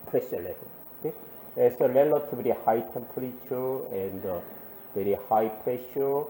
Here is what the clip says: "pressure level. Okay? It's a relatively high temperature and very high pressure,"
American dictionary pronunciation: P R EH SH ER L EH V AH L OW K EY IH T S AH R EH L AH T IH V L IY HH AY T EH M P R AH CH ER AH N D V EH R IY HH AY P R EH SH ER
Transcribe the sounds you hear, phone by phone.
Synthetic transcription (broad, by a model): P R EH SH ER L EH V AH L OW K EY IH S AH L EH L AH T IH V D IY HH AY T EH M P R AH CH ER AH N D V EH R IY HH AY P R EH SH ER